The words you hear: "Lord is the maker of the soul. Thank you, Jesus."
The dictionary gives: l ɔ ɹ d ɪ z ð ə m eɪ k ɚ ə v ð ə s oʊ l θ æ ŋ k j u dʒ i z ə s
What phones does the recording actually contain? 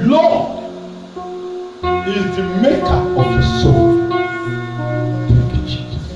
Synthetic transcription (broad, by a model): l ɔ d ɪ z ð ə m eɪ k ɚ ə v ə s oʊ l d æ k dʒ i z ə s